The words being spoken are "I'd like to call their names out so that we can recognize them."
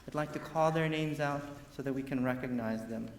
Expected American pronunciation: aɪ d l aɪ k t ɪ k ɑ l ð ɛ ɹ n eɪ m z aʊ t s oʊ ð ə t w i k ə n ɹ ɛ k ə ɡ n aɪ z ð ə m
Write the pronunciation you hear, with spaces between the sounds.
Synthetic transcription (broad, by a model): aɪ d l aɪ k t ɪ k ɑ l ð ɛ ɹ n eɪ m z aʊ t s oʊ ð ə t w i k ə n ɹ ɛ k ə ɡ n aɪ z ð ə m